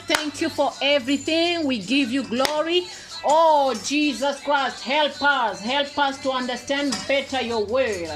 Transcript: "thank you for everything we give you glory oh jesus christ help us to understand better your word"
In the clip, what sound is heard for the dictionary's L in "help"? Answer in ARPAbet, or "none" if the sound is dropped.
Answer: L